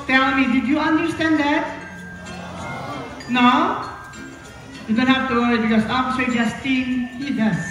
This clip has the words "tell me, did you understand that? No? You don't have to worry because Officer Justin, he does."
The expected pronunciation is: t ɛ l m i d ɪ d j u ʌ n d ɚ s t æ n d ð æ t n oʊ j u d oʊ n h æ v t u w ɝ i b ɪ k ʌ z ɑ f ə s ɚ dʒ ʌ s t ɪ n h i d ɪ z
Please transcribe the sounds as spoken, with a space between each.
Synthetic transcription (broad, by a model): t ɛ l m i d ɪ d j u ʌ n d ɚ s t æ n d ð æ t n oʊ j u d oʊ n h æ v t u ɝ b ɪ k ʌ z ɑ p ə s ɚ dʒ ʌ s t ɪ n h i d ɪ